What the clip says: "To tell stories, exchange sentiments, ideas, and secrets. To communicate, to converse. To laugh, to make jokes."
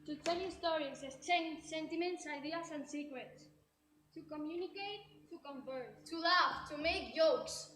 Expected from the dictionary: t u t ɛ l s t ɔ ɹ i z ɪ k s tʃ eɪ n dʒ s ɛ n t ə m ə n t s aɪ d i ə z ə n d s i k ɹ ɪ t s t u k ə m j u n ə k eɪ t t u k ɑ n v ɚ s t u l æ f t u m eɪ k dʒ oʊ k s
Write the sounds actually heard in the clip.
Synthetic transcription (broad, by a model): t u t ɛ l s t ɔ ɹ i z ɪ s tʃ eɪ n s ɛ n t ə m ə n t s aɪ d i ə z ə n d s i k ɹ ɪ t s t u k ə m j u n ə k eɪ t t u k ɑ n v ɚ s t u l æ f t u m eɪ k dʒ oʊ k s